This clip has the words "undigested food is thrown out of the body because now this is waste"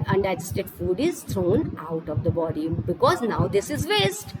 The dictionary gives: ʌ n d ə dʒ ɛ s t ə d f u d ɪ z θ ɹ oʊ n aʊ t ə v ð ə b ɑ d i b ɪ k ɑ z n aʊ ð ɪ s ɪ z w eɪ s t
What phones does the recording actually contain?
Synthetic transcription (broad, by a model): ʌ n d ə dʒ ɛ s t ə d f u d ɪ z t ɹ oʊ n aʊ t ə v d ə b ɑ d i b ɪ k ɑ z n aʊ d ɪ s ɪ z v eɪ s t